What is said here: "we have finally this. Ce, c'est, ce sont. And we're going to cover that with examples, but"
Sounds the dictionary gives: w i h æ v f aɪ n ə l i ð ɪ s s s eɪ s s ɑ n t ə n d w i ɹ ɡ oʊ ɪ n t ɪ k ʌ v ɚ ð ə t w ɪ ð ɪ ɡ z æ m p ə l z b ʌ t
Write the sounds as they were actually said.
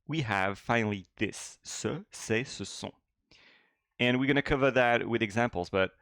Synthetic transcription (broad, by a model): w i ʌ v f aɪ n l i ð ɪ s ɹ s eɪ s s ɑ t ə n w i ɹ ɡ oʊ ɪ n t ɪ k ʌ v ɚ ð ə t w ɪ ð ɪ ɡ z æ m p l z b ʌ t